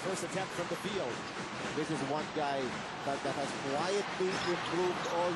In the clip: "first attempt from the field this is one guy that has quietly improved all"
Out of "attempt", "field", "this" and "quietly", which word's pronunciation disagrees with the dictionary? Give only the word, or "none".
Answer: attempt